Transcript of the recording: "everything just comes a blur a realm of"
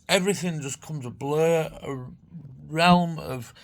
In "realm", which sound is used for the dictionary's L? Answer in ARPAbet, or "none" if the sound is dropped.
L